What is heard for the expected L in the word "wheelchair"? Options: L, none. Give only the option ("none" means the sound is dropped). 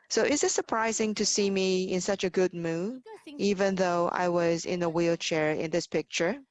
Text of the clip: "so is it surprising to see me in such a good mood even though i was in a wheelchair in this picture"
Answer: L